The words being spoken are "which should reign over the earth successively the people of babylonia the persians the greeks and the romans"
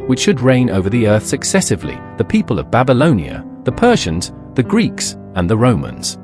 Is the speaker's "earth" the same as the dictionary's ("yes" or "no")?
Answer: yes